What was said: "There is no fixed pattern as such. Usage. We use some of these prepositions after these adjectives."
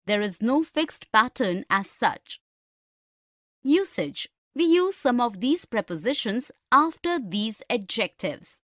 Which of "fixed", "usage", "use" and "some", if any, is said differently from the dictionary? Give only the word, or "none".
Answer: none